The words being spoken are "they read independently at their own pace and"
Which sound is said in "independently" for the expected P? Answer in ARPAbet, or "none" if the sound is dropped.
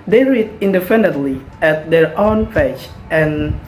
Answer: F